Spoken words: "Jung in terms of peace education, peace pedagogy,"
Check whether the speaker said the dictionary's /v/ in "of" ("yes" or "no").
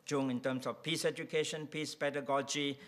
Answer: no